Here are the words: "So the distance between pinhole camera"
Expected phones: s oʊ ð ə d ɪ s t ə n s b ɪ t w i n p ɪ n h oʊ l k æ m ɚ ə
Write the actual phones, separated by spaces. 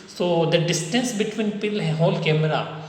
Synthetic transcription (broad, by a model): s oʊ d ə d ɪ s t ə n s b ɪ t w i n p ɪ l h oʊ l k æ m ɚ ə